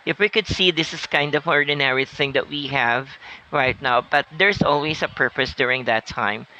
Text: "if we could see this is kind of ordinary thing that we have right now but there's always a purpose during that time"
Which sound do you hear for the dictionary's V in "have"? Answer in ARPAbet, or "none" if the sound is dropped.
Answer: V